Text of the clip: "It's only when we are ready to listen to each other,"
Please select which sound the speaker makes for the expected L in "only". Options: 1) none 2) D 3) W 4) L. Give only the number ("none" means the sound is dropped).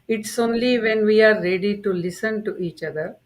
4